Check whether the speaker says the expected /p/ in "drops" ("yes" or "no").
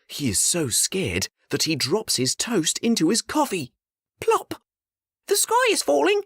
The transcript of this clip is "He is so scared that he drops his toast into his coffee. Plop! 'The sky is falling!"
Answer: yes